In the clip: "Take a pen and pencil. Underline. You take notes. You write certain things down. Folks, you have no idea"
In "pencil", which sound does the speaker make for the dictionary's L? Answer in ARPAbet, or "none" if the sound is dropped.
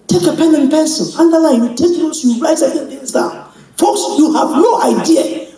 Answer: N